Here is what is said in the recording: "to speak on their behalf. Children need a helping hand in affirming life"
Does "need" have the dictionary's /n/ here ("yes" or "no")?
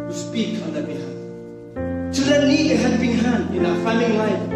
no